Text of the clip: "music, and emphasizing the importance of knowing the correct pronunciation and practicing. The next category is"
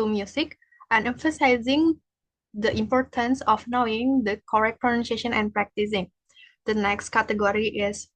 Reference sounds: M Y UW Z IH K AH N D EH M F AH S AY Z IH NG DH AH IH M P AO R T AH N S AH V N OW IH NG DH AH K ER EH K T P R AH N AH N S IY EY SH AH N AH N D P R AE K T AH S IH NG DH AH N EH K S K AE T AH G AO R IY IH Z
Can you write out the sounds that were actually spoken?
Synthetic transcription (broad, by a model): M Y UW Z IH K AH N EH M F AH S AY Z IH NG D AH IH M P AO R T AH N S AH F N OW IH NG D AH K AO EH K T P R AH N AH N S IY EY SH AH N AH N P R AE K T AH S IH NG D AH N EH K S K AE T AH G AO R IY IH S